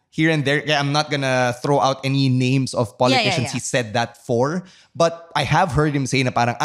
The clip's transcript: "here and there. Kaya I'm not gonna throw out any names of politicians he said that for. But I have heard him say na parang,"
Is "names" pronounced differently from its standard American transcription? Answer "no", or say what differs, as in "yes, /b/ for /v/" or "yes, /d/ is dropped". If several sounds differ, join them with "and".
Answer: yes, /s/ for /z/